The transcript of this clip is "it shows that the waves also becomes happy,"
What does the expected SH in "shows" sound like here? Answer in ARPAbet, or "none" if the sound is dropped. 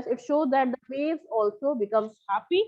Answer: SH